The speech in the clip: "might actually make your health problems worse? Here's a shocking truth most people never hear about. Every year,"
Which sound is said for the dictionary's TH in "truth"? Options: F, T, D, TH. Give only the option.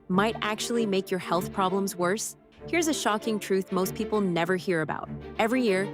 TH